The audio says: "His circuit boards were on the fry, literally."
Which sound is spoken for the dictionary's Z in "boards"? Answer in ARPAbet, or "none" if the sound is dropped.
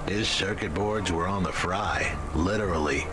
Z